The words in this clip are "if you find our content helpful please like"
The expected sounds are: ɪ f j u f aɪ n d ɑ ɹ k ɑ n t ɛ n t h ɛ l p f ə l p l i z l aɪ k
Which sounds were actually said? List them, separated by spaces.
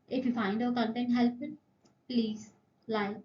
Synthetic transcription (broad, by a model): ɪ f j u f aɪ n d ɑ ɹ k ɑ n t ɛ n t h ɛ l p ə n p l i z l aɪ